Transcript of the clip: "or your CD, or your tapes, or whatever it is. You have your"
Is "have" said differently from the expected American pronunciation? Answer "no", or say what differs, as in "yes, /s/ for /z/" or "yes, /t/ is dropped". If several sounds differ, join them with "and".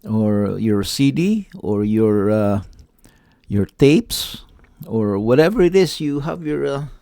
no